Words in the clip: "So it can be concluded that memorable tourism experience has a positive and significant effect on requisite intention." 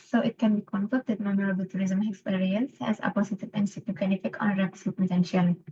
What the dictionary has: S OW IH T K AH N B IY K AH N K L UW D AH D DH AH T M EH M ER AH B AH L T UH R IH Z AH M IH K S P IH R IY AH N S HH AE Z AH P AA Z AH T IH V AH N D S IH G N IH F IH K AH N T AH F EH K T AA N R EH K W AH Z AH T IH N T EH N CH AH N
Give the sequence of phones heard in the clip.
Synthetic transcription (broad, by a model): S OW IH T K AH N B IY K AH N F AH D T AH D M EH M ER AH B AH L T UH R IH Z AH M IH K S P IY R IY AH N S HH AE Z AH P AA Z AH T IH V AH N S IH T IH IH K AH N AH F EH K AA N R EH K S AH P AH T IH N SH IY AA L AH